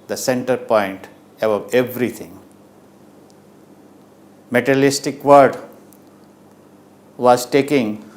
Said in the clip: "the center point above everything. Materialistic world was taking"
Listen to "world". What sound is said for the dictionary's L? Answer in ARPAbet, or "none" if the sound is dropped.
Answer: none